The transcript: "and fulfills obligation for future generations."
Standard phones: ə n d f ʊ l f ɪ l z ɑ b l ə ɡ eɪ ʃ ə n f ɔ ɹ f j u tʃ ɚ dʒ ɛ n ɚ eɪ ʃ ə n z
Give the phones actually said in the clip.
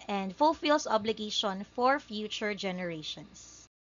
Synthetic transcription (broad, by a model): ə n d f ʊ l f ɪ l s ɑ b l ə ɡ eɪ ʃ ə n f ɔ ɹ f j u tʃ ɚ dʒ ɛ n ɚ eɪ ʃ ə n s